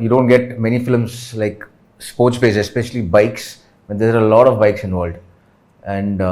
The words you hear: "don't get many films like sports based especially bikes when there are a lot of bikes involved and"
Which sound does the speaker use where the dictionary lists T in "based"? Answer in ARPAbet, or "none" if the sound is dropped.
none